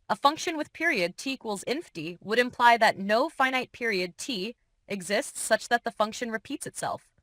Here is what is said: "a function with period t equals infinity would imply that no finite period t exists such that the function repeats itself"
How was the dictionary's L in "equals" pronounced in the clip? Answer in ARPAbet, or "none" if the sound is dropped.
L